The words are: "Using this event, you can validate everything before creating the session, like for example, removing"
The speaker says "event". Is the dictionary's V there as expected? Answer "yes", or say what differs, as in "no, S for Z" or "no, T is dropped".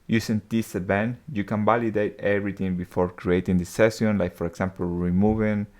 no, B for V